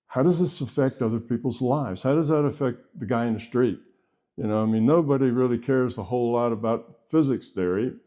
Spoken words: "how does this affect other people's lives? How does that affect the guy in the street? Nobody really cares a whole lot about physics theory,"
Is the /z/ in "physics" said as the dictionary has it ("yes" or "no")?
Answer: yes